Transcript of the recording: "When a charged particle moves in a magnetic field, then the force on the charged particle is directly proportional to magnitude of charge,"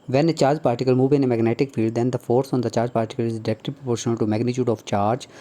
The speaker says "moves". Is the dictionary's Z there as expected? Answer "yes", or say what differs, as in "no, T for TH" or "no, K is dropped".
no, Z is dropped